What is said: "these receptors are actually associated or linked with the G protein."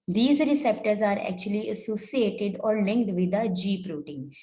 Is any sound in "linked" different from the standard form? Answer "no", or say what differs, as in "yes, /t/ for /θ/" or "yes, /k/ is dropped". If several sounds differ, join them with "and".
no